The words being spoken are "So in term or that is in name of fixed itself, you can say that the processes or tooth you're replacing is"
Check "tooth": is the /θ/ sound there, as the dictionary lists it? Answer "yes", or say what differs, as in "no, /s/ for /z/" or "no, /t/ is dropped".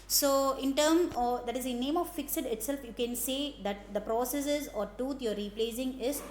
no, /t/ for /θ/